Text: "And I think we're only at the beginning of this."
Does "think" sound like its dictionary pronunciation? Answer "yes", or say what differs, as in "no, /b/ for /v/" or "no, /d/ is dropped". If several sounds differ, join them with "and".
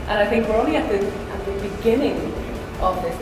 yes